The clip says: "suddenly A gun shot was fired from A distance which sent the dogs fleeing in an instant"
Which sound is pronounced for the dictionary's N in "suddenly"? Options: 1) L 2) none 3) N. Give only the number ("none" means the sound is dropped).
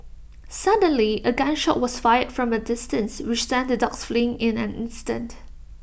3